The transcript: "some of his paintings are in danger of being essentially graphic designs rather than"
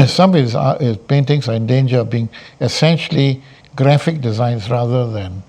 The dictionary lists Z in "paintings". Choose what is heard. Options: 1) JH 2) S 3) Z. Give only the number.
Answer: 2